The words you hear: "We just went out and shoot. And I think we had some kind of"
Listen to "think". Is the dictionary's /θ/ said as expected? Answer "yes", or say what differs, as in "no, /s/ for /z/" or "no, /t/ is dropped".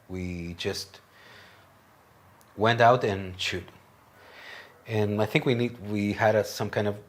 yes